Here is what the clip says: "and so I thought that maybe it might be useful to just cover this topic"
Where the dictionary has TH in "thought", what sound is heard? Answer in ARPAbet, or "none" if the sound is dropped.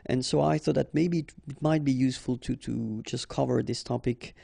TH